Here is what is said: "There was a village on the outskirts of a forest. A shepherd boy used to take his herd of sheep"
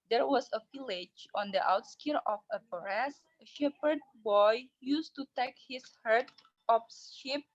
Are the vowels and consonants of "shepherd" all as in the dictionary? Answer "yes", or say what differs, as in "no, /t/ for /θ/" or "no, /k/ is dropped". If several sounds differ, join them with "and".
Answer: yes